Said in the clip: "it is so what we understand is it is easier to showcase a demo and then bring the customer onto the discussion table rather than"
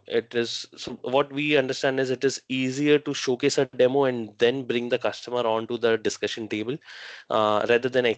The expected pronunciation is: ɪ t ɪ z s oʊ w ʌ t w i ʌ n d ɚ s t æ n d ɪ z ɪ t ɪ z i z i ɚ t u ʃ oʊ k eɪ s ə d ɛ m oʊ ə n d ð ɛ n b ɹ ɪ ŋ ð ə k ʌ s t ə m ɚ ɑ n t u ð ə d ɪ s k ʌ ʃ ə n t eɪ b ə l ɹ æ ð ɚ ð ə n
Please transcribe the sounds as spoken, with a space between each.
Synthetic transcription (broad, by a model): ɪ t ɪ z s oʊ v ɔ t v i ʌ n d ɚ s t æ n d ɪ z ɪ t ɪ z i z i ɚ t u ʃ oʊ k eɪ s ə d ɛ m oʊ ə n d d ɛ n b ɹ ɪ ŋ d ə k ʌ s t ə m ɚ ɑ n t u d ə d ɪ s k ʌ ʃ ə n t eɪ b ə l ɹ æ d ɚ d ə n